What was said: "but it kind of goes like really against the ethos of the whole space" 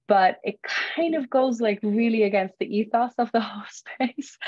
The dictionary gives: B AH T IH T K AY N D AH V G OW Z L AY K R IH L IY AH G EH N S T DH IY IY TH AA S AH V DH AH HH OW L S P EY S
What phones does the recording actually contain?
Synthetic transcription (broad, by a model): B AH T IH T K AY N D AH V G OW Z L AY K R IH L IY AH G EH N S T DH IY IY TH AA S AH V DH AH HH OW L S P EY S